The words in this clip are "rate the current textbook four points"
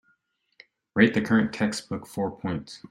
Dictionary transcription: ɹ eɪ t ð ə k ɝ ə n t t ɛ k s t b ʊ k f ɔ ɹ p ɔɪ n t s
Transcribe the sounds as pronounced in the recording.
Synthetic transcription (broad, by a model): ɹ eɪ t ð ə k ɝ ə n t t ɛ k s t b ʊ k f ɔ ɹ p ɔɪ n t s